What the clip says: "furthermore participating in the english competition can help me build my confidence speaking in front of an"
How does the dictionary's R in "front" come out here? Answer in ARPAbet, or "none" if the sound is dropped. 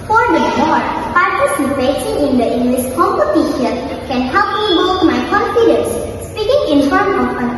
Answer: none